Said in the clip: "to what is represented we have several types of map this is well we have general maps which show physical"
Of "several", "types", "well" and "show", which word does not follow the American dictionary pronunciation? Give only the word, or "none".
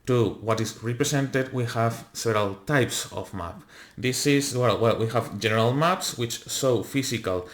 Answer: show